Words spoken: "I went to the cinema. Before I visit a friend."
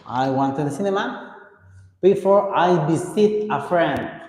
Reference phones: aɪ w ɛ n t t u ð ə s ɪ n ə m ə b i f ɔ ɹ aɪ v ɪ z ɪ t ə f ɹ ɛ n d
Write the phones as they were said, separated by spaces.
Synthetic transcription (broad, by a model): aɪ w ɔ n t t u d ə s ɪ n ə m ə b i f ɔ ɹ aɪ b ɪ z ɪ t ə f ɹ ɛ n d